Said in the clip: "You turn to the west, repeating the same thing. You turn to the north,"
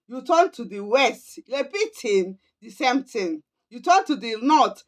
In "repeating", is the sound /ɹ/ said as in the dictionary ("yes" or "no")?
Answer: no